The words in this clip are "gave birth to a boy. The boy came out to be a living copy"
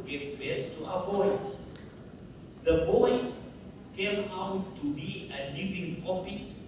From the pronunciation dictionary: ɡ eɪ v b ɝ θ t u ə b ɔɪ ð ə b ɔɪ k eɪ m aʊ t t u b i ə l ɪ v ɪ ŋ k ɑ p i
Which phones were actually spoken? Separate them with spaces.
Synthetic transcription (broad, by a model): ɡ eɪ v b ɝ s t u ə b ɔɪ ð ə b ɔɪ k eɪ m aʊ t t u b i ə l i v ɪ ŋ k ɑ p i